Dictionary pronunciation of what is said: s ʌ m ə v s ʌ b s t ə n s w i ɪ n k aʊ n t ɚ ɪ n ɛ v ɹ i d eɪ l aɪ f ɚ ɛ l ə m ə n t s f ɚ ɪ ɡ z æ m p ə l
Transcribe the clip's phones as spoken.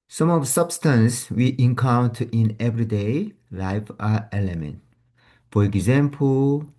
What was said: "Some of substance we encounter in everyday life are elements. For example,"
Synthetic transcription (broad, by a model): s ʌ m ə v s ʌ b s t ə n s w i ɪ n k aʊ n t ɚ ɪ n ɛ v ɹ i d eɪ l aɪ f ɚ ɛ l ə m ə n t f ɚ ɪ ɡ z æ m p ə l